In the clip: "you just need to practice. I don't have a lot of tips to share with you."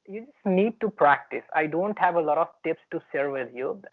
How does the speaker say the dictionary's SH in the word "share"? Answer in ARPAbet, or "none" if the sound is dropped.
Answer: S